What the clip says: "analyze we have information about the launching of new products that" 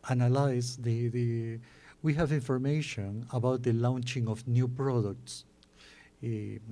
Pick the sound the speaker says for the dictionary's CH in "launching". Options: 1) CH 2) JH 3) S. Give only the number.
1